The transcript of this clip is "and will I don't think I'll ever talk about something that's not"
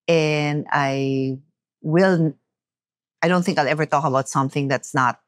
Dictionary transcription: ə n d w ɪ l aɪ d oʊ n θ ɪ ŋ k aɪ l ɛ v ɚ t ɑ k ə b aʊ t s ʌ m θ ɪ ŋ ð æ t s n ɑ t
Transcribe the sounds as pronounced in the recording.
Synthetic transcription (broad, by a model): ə n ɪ w ɪ l aɪ d oʊ n θ ɪ ŋ k aɪ l ɛ v ɚ t ɑ k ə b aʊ t s ʌ m θ ɪ ŋ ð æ t s n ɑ t